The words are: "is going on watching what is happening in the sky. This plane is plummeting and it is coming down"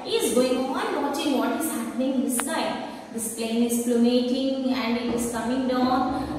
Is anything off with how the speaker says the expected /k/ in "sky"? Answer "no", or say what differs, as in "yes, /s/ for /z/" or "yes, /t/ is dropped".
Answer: yes, /k/ is dropped